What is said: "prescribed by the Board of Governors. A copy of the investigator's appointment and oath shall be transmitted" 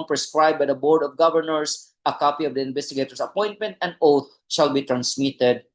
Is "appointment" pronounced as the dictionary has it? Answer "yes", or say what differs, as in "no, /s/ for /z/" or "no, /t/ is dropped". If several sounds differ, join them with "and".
yes